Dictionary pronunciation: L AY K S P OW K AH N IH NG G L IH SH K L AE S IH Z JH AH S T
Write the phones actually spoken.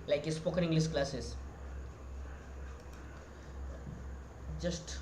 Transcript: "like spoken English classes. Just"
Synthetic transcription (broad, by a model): L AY K S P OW K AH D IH NG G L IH S K L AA S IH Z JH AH S T